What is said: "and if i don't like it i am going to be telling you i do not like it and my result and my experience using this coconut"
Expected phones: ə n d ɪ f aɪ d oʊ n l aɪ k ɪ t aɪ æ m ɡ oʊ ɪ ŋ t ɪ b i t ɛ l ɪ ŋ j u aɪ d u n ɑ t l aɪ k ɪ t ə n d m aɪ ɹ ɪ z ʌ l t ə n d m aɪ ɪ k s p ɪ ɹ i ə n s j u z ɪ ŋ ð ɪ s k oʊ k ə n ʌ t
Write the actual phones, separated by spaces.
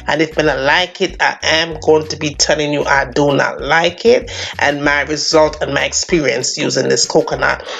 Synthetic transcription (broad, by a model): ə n ɪ f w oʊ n l aɪ k ɪ t aɪ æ m ɡ oʊ ɪ ŋ t ɪ b i t ɛ l ɪ ŋ j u aɪ d u n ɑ t l aɪ k ɪ t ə n m aɪ ɹ ɪ z ʌ l t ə n m aɪ ɪ k s p ɪ ɹ i ə n s j u z ɪ ŋ ð ɪ s k oʊ k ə n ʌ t